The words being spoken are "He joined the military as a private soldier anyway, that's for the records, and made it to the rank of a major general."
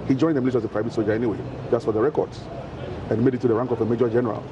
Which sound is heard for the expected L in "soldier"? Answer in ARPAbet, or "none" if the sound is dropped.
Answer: none